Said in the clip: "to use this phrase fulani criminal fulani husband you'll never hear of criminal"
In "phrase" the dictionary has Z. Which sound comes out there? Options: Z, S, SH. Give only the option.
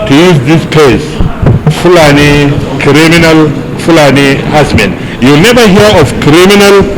S